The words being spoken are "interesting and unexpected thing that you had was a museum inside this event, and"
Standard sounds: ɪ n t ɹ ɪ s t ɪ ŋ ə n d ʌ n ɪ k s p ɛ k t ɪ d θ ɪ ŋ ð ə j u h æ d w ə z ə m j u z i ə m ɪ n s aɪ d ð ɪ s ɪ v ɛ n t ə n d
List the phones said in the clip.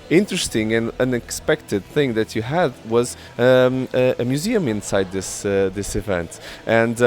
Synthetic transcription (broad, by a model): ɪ n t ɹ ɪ s t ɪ ŋ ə n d ʌ n ɪ k s p ɛ k t ɪ d θ ɪ ŋ ð ə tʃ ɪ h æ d w ə z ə m j u z i ə m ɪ n s aɪ d ð ɪ s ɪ v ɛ n t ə n d